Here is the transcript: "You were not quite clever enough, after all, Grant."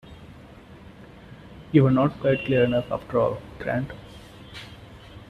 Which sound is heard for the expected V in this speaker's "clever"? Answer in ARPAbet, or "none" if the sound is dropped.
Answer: none